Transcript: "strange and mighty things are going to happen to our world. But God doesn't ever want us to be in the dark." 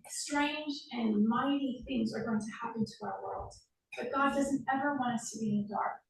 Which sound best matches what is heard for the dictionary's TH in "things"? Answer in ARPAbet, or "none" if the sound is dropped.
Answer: TH